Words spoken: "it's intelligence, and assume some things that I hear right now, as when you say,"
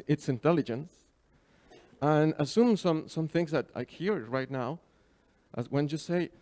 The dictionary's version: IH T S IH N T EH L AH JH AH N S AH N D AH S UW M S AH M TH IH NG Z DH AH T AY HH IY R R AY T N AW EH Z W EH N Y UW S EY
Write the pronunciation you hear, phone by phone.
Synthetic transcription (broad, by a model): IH T S IH N T EH L AH JH AH N S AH N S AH S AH M S AH M TH IH NG Z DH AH T AY HH IY R R AY T N AW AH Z W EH N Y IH S EY